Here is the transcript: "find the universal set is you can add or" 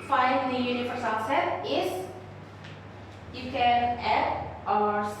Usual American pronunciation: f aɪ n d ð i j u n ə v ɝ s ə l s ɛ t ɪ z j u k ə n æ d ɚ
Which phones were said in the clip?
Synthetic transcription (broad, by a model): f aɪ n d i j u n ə f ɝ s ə s ɛ t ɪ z j u k ə n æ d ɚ